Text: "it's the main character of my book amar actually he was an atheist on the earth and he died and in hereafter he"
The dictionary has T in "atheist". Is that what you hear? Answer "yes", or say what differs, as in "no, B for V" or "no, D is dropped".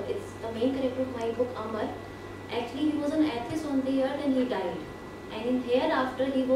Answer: no, T is dropped